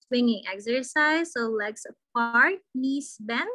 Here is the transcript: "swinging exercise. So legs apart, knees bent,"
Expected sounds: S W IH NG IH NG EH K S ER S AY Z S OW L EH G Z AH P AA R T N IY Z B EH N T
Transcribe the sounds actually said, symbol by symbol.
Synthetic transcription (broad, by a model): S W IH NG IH NG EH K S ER S AY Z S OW L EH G S AH P AA R T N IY S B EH N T